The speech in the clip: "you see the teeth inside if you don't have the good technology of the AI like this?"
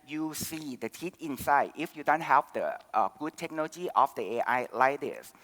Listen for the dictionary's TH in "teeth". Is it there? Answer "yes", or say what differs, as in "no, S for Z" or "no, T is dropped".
no, T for TH